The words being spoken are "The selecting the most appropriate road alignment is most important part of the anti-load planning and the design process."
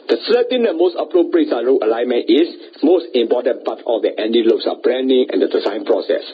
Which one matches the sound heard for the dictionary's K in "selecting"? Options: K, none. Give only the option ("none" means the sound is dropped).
none